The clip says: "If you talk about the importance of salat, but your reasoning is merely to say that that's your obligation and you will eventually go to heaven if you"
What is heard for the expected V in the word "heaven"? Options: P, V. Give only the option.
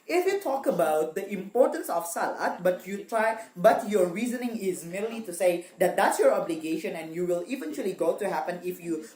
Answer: P